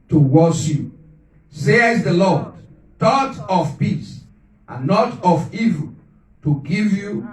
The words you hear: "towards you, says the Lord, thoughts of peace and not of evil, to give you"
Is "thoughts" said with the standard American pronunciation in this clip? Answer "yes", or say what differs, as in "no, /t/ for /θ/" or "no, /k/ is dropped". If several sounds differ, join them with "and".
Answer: no, /t/ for /θ/ and /s/ is dropped